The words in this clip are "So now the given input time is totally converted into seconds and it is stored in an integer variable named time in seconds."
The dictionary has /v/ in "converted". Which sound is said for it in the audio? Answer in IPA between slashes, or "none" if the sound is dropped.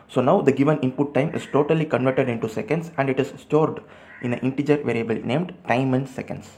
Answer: /v/